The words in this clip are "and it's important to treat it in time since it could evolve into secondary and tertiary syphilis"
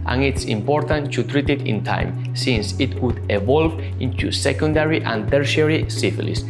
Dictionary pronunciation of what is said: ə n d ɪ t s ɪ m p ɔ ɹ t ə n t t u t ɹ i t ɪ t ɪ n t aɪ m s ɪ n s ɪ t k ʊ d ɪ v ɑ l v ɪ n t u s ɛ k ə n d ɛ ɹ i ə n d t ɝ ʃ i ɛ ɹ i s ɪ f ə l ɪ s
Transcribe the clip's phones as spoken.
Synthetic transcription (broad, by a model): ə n ɪ t s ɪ m p ɔ ɹ t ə n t t u t ɹ i t ɪ t ɪ n t aɪ m s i n s ɪ t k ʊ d ɪ v ɑ l v ɪ n t u s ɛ k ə n d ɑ ɹ i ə n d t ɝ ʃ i ɹ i s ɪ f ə l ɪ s